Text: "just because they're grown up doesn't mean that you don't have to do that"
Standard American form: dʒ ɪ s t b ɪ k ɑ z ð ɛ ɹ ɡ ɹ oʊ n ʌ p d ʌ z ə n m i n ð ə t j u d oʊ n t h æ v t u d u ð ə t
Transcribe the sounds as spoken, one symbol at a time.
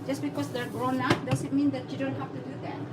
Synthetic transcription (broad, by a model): dʒ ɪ s b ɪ k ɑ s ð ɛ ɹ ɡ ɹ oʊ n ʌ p d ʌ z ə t m i n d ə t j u d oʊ n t h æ f t u d u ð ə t